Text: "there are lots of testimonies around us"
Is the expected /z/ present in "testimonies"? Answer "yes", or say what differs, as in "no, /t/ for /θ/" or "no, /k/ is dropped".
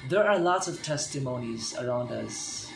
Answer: yes